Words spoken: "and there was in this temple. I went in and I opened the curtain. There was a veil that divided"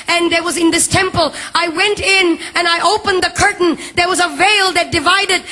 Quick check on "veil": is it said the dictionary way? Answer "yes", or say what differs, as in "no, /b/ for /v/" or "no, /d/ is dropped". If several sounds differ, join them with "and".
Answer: yes